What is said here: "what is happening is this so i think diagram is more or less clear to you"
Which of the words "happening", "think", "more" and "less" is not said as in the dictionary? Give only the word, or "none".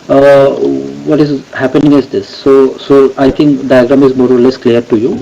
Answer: think